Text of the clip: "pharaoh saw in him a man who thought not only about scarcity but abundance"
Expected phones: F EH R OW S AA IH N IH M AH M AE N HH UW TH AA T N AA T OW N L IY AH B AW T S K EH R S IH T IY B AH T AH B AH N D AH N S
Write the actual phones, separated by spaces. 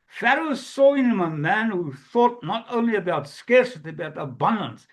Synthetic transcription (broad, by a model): F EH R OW S AA IH N IH M AH M AE N HH UW TH AA T N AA T OW N L IY AH B AW T S K EH R S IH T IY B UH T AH B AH N D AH N S